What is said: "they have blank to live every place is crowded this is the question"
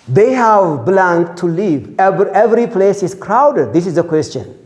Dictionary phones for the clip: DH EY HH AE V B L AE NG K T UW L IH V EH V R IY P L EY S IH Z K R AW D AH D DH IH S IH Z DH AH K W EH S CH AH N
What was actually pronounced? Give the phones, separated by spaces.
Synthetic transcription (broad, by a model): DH EY HH AE V B L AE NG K T UW L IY V EH V R IY P L EY S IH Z K R AW D AH D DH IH S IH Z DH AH K W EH S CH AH N